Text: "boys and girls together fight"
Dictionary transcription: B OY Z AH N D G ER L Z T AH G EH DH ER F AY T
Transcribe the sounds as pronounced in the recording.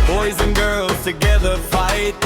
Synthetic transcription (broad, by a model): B OY Z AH N G ER L Z T AH G EH DH ER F AY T